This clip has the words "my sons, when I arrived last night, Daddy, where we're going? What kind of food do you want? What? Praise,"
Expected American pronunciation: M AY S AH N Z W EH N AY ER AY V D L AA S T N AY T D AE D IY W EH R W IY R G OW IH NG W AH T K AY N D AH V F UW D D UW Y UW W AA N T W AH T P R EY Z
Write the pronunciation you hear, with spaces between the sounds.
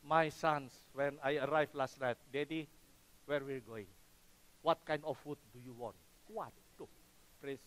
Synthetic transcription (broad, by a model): M AY S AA N S W EH N AY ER AY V L AA S T N AY T D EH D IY W EH R W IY L G OW IH NG W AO T K AY N D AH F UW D D UW Y UW W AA N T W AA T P R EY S